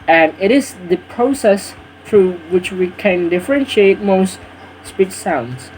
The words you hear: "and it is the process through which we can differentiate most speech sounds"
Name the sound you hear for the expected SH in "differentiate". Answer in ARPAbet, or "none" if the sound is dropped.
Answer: SH